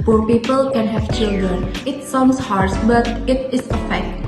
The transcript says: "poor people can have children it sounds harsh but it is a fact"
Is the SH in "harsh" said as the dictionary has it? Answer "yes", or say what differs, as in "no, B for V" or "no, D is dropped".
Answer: no, S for SH